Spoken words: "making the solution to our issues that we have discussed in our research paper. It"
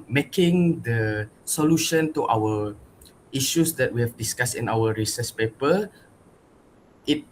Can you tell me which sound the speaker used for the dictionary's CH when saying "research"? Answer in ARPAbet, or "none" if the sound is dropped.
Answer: S